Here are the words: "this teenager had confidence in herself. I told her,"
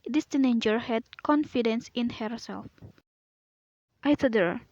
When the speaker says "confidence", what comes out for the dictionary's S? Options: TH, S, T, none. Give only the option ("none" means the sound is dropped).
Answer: S